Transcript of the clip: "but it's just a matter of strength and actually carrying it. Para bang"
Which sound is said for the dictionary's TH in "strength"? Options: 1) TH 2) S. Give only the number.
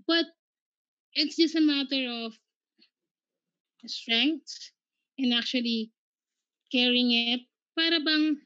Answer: 2